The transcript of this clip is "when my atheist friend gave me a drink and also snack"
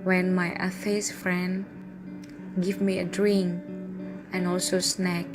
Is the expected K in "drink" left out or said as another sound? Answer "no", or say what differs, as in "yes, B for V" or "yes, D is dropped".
yes, K is dropped